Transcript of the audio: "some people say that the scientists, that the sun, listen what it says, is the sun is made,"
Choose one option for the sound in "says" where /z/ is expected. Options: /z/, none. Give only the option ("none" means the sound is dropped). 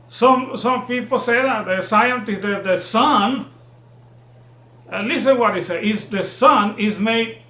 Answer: none